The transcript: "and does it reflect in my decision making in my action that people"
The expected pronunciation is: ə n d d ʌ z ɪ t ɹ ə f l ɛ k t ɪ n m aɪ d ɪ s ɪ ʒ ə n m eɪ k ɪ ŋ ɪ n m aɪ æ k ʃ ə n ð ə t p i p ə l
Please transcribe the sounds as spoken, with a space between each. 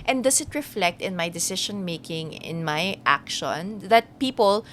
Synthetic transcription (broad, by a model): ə n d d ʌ s ɪ t ɹ ə f l ɛ k t ɪ n m aɪ d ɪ s ɪ ʃ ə n m eɪ k ɪ ŋ ɪ n m aɪ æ k ʃ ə n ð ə t p i p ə l